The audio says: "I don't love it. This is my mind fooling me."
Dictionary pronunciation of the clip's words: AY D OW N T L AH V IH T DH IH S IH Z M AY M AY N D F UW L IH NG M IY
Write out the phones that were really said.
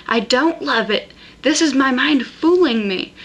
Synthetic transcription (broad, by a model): AY D OW N T L AH V IH T DH IH S IH Z M AY M AY N D F UW L IH NG M IY